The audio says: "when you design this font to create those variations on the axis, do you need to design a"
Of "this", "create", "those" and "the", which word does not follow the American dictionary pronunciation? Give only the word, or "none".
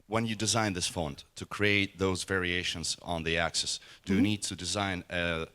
none